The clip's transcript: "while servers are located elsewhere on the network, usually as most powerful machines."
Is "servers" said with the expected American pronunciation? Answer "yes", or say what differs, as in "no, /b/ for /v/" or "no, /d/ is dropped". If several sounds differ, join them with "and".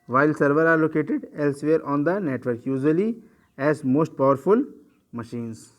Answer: no, /z/ is dropped